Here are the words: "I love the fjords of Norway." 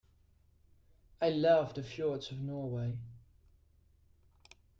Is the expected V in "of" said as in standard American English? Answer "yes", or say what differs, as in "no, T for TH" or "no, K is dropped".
yes